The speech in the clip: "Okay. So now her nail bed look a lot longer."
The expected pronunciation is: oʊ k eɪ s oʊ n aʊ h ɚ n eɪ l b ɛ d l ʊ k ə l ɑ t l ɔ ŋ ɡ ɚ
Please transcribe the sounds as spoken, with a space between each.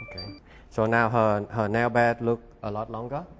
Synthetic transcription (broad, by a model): oʊ k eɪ s oʊ n aʊ h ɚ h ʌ n b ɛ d l ʊ k ə l ɑ t l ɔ ŋ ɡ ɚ